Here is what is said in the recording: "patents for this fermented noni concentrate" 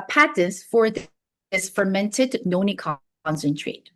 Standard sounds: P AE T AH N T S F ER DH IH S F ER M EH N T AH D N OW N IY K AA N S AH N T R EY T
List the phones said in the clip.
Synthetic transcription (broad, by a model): P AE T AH N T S F ER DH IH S F ER M EH N T AH D N OW N IY K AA N S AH N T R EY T